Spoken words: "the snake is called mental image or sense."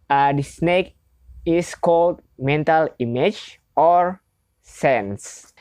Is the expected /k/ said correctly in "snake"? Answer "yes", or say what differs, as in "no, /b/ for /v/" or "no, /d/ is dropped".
yes